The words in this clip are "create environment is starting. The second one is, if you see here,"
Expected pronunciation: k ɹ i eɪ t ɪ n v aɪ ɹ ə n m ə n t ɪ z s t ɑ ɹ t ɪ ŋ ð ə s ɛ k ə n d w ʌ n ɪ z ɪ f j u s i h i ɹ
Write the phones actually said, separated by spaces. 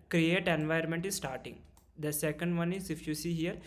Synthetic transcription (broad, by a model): k ɹ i eɪ t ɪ n v aɪ ə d m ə n t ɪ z s t ɑ ɹ t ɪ ŋ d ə s ɛ k ə n d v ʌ n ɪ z ɪ f j u s i h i ɹ